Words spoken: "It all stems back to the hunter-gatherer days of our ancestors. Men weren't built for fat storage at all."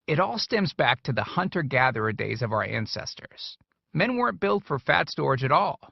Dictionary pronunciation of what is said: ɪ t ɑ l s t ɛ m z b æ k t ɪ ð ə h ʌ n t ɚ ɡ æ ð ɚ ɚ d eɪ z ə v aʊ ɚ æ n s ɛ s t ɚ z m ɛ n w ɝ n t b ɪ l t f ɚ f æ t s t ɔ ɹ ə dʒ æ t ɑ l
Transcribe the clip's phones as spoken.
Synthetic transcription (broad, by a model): ɪ t ɑ l s t ɛ m z b æ k t ɪ ð ə h ʌ n t ɚ ɡ æ ð ɚ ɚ d eɪ z ə v aʊ ɚ æ n s ɛ s t ɚ z m ɛ n w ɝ n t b ɪ l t f ɚ f æ t s t ɔ ɹ dʒ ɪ t ɑ l